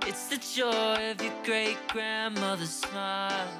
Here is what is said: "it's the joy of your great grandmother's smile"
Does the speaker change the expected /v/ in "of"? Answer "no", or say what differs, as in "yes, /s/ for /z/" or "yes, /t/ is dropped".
no